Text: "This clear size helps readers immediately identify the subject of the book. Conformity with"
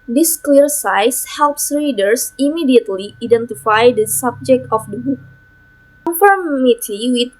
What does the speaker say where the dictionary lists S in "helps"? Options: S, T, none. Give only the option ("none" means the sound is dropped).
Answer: S